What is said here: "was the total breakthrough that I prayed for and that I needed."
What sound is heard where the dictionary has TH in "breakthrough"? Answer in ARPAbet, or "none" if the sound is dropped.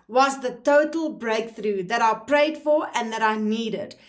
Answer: TH